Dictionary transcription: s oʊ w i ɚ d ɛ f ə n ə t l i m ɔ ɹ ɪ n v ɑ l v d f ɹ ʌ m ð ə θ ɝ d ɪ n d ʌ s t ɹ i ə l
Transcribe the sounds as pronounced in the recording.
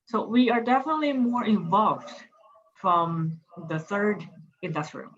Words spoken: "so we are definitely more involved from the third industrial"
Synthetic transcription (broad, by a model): s oʊ w i ɚ d ɛ f ə n ə t l i m ɔ ɹ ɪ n v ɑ l v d f ɹ ʌ m ð ə θ ɝ d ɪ n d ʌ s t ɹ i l